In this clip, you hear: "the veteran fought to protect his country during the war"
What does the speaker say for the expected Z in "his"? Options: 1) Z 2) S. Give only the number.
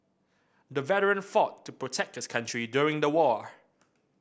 2